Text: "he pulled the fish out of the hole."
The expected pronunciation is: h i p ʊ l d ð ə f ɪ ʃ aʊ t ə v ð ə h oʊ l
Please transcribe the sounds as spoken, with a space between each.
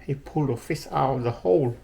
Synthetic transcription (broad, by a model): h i p ʊ l d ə f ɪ s aʊ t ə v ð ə h oʊ l